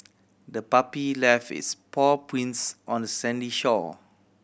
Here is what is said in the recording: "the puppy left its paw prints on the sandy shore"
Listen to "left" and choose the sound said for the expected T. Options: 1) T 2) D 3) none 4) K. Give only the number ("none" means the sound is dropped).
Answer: 3